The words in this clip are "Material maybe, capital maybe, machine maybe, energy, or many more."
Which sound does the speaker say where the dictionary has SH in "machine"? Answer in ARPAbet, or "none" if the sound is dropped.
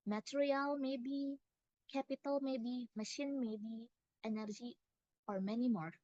SH